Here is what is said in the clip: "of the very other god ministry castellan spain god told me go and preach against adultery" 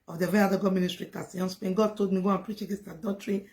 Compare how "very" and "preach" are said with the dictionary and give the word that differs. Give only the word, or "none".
very